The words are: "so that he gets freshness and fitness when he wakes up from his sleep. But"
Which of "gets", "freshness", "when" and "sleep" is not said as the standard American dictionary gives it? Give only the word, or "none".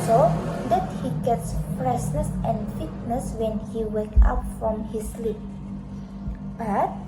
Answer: freshness